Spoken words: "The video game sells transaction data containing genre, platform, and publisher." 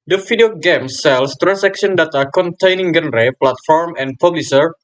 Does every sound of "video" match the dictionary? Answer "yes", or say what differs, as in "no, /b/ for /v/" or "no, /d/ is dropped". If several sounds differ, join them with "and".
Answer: no, /f/ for /v/